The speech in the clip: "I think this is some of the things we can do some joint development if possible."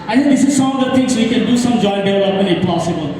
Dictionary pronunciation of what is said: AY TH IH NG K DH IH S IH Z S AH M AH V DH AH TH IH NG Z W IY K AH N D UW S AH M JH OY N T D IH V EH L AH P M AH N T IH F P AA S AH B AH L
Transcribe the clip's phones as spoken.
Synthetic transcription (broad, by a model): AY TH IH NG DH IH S IH Z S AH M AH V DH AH T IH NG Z W IY K AH N D UW S AH M JH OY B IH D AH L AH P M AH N IH P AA S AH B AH L